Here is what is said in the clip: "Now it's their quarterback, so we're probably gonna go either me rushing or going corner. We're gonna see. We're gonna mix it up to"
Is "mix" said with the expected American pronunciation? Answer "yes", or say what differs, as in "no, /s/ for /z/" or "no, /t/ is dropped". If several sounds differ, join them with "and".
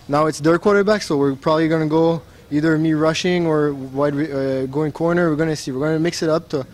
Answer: yes